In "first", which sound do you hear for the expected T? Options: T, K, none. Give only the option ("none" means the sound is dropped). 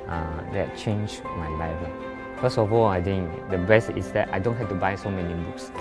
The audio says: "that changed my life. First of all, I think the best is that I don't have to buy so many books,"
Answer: none